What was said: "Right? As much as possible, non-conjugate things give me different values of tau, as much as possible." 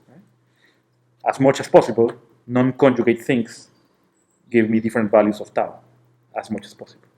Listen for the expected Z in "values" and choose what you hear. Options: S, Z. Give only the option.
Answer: S